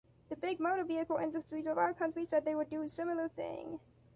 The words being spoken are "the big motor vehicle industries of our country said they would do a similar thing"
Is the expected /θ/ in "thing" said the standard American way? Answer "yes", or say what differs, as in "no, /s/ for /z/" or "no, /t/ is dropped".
yes